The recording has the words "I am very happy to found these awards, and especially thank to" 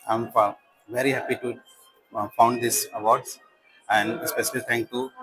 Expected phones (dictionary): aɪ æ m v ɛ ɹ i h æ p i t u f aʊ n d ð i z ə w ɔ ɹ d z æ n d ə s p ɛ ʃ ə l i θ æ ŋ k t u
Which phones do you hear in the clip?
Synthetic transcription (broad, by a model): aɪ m v ɛ ɹ i h æ p i t u f aʊ n d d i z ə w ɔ ɹ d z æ n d ə s p ɛ ʃ ə l i t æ ŋ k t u